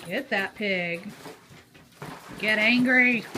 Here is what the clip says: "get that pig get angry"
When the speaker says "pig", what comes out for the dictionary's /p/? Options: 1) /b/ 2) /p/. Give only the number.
2